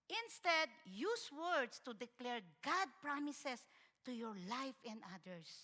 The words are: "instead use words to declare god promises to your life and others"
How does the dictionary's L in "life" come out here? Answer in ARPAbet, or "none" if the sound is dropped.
L